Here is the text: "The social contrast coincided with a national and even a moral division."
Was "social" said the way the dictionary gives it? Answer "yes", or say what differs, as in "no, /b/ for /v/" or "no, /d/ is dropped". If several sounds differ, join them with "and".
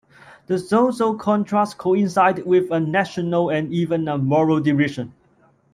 no, /s/ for /ʃ/